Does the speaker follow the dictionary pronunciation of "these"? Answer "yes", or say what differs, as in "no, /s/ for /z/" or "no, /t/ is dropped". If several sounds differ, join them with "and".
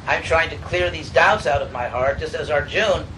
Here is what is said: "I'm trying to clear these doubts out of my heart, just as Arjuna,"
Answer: yes